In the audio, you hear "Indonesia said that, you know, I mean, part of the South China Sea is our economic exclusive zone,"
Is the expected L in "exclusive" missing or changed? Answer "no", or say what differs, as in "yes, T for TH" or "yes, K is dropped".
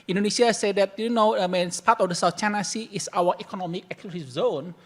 yes, L is dropped